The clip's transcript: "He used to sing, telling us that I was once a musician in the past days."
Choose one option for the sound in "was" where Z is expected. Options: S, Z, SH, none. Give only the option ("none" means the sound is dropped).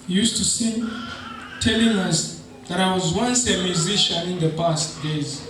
Z